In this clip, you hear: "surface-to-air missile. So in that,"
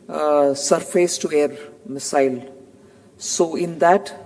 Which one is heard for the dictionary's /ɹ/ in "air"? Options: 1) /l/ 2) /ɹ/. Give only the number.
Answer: 2